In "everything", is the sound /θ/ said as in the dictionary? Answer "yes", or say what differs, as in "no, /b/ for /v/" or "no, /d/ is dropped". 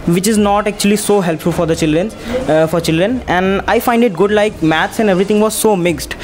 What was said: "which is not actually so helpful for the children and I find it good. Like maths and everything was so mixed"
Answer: no, /t/ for /θ/